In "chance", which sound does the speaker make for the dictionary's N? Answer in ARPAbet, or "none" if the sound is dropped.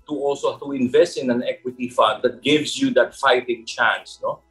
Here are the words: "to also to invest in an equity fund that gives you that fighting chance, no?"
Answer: N